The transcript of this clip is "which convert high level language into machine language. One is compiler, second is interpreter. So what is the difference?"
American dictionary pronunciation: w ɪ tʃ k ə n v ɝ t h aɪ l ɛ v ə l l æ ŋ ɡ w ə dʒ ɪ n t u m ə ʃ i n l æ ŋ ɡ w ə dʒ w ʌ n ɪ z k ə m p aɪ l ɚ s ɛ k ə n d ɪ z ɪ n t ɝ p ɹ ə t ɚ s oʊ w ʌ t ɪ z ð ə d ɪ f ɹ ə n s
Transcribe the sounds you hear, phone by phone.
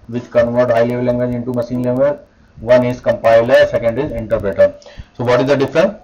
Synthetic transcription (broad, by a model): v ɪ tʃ k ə n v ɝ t h aɪ l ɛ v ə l l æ ŋ ɡ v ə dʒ ɪ n t u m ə s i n l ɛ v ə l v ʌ n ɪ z k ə m p aɪ l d s ɛ k ə n d ɪ z ɪ n t ɝ p ɹ ə t ɚ s oʊ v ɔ t ɪ z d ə d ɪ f ɹ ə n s